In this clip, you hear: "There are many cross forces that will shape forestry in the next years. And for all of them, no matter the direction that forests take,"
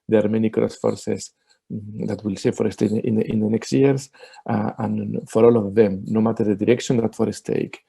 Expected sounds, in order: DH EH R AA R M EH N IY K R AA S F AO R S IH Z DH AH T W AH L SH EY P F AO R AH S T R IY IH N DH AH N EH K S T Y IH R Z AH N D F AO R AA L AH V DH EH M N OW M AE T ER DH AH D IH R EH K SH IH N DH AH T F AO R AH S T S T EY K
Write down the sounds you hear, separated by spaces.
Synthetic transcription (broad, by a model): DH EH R AA R M EH N IY K R AA S F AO R S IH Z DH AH T W AH L S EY F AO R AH S T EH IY IH N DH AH N EH K S T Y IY R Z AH N F AO R AA L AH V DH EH M N OW M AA T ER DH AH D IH R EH K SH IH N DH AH T F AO R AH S S T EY K